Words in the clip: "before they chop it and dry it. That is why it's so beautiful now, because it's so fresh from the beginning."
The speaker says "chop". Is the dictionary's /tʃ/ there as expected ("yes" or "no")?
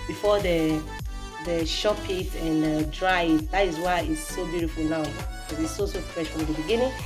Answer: no